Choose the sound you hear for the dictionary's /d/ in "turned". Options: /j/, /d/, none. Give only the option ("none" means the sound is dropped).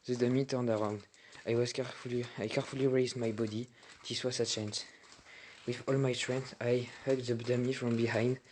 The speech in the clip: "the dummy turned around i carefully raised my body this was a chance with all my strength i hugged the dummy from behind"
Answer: /d/